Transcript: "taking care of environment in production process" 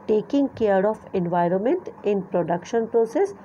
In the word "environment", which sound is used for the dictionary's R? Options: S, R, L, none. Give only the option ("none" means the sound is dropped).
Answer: R